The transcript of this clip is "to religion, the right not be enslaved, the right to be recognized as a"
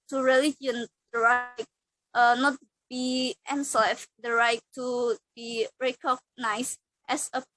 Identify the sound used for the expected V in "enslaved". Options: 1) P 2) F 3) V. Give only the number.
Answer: 2